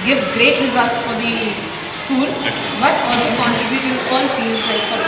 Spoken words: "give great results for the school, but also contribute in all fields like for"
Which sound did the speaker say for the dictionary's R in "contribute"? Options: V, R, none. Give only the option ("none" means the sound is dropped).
none